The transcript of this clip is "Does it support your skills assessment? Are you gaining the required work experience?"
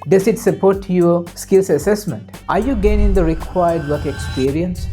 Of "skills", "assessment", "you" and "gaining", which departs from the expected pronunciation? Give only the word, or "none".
skills